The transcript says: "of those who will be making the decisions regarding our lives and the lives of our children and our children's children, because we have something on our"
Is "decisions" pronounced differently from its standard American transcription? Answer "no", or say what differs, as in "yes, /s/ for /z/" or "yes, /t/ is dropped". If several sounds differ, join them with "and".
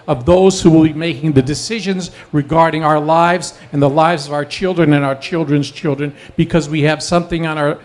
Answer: no